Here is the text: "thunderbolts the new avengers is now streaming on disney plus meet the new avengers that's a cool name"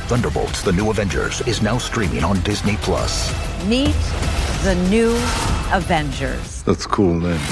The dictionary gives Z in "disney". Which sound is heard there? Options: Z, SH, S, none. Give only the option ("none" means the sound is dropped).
Z